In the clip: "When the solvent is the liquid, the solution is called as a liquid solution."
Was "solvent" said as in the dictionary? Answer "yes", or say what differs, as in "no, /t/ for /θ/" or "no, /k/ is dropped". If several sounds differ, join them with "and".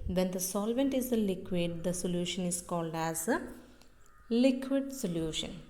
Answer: yes